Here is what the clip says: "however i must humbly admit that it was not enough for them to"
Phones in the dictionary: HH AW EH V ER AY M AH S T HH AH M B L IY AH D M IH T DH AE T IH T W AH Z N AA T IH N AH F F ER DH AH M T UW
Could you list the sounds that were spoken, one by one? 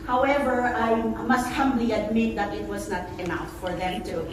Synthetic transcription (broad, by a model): HH AW EH V ER AY M AH S T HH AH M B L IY AH D M IH T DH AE T IH T W AH Z N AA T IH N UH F F ER DH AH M T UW